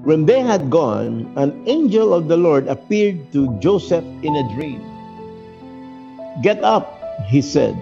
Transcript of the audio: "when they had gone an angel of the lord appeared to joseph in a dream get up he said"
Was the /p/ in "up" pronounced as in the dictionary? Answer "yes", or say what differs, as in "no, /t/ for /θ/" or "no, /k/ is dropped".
yes